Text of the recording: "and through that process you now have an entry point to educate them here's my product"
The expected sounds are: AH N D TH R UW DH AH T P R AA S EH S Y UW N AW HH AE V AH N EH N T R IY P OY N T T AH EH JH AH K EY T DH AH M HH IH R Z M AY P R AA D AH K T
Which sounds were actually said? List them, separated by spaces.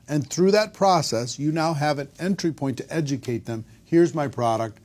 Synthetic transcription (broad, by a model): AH N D TH R UW DH AH T P R AA S EH S Y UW N AW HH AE V AH N EH N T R IY P OY N T T EH JH AH K EY T DH AH M HH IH R Z M AY P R AA D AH K T